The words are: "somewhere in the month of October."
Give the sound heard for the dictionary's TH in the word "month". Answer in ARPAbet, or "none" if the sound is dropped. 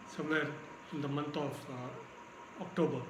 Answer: T